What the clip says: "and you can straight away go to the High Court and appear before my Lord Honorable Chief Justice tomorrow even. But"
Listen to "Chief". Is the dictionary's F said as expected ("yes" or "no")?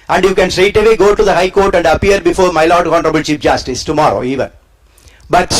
no